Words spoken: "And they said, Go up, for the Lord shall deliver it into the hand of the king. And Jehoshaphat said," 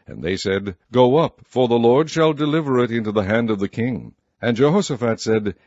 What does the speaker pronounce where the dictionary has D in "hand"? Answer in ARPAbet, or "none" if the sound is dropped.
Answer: D